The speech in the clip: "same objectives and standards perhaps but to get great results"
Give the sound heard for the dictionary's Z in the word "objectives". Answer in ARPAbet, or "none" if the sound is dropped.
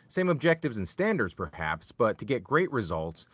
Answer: Z